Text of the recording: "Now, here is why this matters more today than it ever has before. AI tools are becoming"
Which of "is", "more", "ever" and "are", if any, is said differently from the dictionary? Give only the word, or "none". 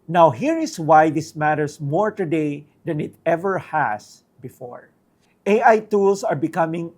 is